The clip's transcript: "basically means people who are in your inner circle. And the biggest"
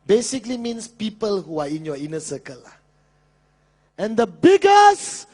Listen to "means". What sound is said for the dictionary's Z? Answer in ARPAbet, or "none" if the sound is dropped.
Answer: S